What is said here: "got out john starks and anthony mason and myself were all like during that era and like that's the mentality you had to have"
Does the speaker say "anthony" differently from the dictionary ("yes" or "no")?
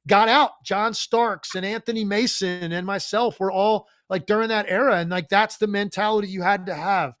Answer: no